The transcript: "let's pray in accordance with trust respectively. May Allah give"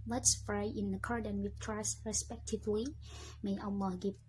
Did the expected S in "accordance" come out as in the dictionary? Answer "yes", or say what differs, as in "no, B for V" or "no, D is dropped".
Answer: no, S is dropped